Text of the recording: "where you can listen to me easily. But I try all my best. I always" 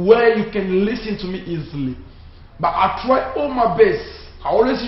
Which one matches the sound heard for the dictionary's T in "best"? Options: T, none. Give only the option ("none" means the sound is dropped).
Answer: none